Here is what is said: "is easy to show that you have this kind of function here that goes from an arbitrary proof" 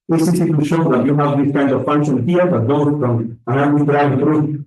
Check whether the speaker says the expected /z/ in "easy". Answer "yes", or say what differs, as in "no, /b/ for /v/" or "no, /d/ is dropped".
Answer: no, /s/ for /z/